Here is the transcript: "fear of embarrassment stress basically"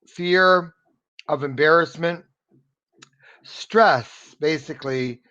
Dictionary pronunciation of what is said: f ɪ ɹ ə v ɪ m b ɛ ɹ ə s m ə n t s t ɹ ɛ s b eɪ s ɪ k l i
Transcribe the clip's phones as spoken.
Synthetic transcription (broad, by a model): f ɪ ɹ ə v ɪ m b ɛ ɹ ə s m ə n t s t ɹ ɛ s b eɪ s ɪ k l i